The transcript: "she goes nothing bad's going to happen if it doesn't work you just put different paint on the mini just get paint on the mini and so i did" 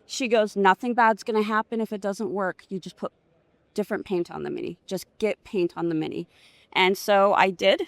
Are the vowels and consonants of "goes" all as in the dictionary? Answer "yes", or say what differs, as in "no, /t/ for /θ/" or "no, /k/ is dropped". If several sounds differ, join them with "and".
yes